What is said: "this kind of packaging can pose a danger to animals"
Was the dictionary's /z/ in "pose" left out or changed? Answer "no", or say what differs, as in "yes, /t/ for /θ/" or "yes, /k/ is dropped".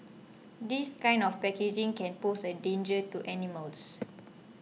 yes, /s/ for /z/